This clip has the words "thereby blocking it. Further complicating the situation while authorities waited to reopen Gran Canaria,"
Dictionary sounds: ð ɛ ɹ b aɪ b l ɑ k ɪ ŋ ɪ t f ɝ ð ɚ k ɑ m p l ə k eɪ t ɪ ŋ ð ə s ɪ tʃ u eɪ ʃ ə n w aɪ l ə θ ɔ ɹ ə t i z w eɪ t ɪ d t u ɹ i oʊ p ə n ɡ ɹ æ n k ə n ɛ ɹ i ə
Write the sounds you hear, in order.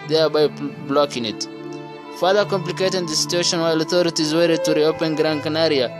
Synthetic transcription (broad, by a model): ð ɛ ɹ b aɪ b l ɑ k ɪ ŋ ɪ t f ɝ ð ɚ k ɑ m p l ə k eɪ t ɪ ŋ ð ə s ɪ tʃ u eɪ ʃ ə n w aɪ l ə θ ɔ ɹ ə t i z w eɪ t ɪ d t u ɹ i oʊ p ə n ɡ ɹ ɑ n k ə n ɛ ɹ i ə